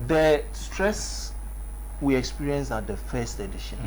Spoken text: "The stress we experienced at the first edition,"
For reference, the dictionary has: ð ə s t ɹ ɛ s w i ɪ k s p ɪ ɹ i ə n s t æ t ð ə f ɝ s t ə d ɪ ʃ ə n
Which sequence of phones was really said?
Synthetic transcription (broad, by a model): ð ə s t ɹ ɛ s w i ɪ k s p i ɹ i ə n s ɑ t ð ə f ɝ s t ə d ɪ ʃ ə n